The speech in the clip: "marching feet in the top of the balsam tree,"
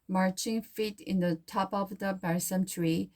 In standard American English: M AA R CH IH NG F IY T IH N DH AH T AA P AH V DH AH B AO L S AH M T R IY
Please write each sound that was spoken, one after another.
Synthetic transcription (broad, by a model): M AA R CH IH NG F IY T IH N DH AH T AA P AH V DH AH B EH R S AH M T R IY